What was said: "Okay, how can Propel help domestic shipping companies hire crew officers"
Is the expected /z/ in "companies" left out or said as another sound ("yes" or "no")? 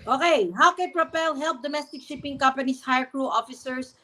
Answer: yes